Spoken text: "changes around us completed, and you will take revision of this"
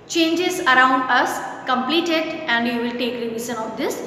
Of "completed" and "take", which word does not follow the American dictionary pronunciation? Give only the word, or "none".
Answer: none